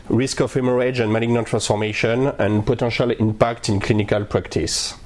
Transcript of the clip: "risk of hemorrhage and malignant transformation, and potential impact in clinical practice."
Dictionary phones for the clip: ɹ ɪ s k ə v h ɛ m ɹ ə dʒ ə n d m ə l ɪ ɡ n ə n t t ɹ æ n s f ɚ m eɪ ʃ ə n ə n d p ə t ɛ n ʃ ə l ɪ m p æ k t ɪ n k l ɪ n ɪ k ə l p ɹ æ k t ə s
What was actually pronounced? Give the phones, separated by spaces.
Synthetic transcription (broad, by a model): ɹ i s k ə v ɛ m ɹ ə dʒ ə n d m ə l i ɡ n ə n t t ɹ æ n s f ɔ m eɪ ʃ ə n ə n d p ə t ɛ ʃ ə l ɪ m p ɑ k t ɪ n k l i n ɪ k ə l p ɹ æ k t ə s